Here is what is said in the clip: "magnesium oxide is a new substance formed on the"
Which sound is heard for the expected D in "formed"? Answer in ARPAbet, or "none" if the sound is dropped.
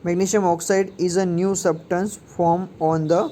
none